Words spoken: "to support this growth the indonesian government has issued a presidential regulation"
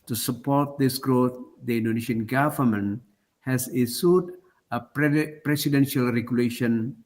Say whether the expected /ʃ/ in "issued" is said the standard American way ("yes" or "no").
no